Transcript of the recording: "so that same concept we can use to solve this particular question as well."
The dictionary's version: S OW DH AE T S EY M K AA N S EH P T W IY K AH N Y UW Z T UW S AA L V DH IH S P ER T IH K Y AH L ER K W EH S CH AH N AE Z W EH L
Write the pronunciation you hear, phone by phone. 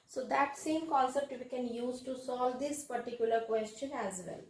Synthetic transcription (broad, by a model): S OW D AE T S EY M K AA L S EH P T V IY K AH N Y UW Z T UW S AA L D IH S P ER T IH K Y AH L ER K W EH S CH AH N AE Z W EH L